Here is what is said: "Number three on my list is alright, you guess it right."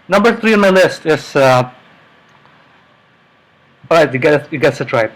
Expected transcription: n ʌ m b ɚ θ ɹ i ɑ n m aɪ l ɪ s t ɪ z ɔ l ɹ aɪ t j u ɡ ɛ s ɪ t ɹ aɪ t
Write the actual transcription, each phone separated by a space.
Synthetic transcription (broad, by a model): n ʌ m b ɚ θ ɹ i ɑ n m aɪ l ɪ s t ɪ s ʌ ɹ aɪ t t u ɡ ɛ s ɪ t ɹ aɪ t